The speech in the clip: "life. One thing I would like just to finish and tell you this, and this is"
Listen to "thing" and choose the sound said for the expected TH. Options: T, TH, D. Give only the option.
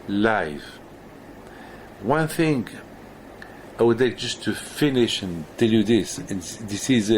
TH